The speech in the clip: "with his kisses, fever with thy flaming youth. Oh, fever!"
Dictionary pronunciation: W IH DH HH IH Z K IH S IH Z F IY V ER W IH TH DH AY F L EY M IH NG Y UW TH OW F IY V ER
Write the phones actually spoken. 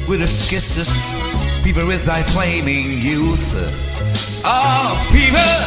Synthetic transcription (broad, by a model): W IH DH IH S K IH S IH S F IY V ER W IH DH AY F L EY M IH NG Y UW TH OW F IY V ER